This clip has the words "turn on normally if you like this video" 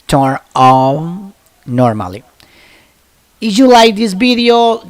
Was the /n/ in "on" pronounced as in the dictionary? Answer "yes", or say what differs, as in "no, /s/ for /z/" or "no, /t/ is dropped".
no, /l/ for /n/